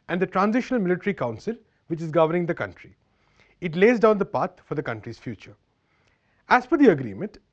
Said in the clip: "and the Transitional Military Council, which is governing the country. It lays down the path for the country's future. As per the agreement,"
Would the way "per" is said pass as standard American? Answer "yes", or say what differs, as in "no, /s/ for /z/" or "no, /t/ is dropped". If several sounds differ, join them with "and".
no, /f/ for /p/